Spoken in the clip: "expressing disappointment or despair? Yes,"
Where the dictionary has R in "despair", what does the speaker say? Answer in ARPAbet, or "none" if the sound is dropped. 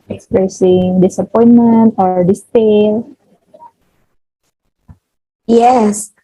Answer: L